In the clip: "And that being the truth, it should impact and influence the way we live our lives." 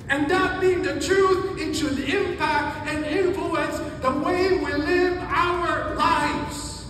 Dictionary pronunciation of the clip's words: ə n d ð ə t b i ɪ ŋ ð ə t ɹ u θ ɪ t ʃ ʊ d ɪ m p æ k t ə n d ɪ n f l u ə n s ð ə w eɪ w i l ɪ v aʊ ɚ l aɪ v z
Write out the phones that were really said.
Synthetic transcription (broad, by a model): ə n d ð ə t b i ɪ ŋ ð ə t ɹ u θ ɪ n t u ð ɪ m p æ k t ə n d ɪ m f l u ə n s ð ə w eɪ w i l ɪ v aʊ ɚ l aɪ v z